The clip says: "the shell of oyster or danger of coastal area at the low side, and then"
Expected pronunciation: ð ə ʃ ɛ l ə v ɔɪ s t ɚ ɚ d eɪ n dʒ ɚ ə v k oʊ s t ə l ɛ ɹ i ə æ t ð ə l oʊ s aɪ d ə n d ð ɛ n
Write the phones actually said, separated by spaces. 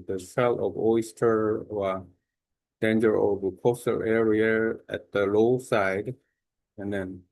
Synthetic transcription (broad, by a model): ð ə s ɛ l ə v ɔɪ s t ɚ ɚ d eɪ n dʒ ɚ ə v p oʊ s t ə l ɛ ɹ i ə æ t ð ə l oʊ s aɪ d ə n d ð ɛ n